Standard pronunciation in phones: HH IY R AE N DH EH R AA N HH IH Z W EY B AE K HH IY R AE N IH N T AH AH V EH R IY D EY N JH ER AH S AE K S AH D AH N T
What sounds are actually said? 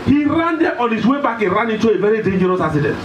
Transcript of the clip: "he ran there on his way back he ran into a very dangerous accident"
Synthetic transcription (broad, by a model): HH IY R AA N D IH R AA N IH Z W EY B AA K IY R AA N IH T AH AH V EH R IY D EY N JH ER AH S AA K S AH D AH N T